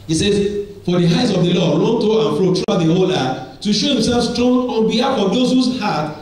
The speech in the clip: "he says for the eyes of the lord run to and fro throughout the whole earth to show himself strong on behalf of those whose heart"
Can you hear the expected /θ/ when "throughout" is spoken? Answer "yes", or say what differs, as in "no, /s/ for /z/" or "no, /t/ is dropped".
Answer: no, /t/ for /θ/